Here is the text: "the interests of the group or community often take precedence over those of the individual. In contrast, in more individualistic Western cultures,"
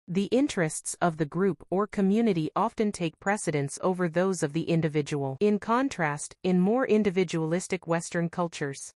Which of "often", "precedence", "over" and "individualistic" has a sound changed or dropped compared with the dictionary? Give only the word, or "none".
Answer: none